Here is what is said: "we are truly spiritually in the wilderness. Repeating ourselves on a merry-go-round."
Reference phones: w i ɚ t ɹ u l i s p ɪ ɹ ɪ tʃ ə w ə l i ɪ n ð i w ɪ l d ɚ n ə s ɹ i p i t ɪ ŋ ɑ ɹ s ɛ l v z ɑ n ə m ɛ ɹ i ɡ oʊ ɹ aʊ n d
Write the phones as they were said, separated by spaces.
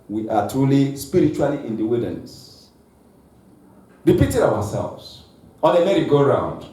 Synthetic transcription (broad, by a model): w i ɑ t ɹ u l i s p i ɹ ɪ tʃ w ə l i ɪ n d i w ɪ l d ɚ n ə s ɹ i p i t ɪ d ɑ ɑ s ɛ l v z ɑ l ə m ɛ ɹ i ɡ oʊ ɹ aʊ n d